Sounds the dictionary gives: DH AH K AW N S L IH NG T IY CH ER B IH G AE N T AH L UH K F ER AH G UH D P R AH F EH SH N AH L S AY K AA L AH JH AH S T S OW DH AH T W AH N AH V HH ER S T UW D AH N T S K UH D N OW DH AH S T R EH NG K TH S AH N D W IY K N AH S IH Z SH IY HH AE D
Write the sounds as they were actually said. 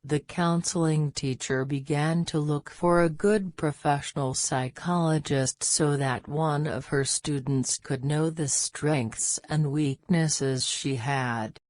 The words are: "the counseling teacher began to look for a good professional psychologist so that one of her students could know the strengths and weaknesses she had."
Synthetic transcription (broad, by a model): DH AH K AW N S L IH NG T IY CH ER B IH G AE N T AH L UH K F ER AH G UH D P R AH F EH SH N L S AY K AA L AH JH AH S T S OW DH AH T W AH N AH V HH ER S T UW D N T S K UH D N OW DH AH S T R EH NG K TH S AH N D W IY K N AH S IH Z SH IY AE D